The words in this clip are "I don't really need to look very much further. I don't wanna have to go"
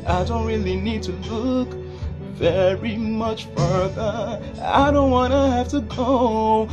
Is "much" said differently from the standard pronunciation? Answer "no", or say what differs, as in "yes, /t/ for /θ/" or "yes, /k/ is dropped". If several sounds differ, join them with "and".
no